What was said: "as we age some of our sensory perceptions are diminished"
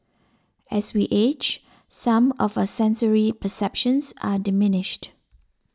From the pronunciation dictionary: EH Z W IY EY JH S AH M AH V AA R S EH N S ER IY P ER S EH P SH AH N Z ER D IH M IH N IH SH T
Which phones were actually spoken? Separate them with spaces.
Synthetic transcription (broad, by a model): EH S W IY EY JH S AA M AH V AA S EH N S ER IY P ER S EH P SH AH N S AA D IH M IH N IH SH T